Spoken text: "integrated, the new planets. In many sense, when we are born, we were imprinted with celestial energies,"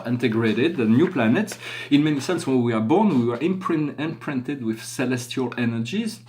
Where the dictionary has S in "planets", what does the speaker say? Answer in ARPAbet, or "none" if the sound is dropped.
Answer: S